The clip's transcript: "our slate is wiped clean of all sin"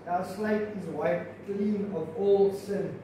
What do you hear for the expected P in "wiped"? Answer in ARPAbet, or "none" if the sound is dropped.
none